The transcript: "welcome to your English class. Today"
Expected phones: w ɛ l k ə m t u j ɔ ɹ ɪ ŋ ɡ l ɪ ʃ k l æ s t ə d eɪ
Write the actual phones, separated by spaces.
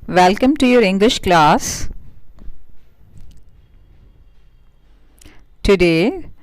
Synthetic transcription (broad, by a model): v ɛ l k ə m t u j ɔ ɹ ɪ ŋ ɡ l ɪ ʃ k l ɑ s t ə d eɪ